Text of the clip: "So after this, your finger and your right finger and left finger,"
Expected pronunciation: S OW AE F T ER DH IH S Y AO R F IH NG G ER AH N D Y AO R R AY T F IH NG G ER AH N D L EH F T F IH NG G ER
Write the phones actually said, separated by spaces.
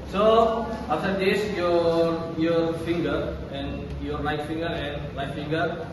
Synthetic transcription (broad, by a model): S OW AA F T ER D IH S Y AO R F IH NG G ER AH N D Y AO R L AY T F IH NG G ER AH N D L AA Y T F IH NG G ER